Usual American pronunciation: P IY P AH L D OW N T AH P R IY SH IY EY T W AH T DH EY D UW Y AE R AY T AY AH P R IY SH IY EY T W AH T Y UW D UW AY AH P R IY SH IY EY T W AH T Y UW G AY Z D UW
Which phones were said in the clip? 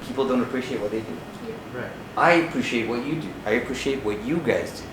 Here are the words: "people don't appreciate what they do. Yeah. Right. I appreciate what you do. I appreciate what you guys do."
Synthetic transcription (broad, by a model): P IY P L D OW N T AH P R IY SH IY EY T W AH T DH EY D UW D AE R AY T AY AH P R IY SH IY EY T W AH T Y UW D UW AY AH P R IY SH IY EY T W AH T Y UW G AY Z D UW